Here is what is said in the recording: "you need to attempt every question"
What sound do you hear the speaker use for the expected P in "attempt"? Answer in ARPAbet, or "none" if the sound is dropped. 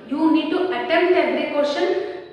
none